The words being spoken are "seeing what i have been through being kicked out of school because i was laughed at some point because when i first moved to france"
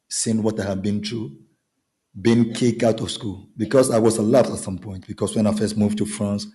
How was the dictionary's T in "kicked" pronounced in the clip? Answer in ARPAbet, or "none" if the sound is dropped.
none